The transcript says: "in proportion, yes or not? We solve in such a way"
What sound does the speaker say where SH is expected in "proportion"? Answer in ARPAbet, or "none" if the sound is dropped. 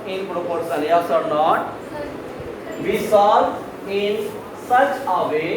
S